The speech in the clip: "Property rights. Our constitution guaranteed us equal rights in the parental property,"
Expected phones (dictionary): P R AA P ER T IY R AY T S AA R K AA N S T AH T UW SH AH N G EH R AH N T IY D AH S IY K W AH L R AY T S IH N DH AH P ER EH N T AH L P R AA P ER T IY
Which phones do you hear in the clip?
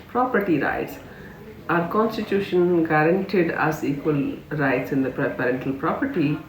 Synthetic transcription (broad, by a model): P R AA P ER T IY R AY T S AA R K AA N S T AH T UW SH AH N G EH R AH N T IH D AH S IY K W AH L R AY T S IH N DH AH P ER EH N T AH L P R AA P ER T IY